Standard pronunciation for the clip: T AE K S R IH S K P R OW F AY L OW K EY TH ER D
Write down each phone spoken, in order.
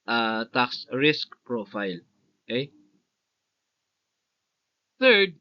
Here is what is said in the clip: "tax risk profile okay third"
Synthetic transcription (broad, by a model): T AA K S R IH S K P R OW F AY L OW K EY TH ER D